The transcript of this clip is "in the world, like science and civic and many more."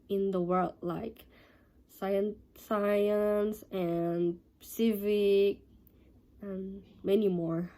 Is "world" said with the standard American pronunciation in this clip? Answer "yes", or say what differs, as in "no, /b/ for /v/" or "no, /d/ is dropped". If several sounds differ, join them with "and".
yes